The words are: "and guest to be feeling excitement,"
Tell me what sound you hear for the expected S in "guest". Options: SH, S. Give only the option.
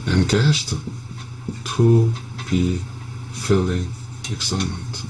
SH